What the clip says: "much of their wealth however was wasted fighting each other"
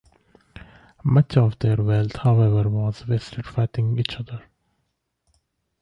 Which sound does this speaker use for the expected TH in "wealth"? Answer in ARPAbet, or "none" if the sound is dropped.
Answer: T